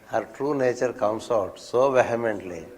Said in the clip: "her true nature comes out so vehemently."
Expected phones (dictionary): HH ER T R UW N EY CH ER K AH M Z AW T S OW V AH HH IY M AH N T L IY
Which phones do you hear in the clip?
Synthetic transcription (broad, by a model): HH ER T R UW N EY CH ER K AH M S AW T S OW V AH HH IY M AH N T L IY